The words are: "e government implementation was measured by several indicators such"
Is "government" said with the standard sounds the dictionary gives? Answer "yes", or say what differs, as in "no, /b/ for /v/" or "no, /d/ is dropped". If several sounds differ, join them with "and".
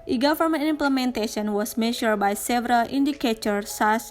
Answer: no, /f/ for /v/ and /t/ is dropped